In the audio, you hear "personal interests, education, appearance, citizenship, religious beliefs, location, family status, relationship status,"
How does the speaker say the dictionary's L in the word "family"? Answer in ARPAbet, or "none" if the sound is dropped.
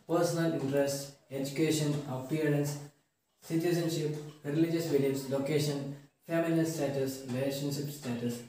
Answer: N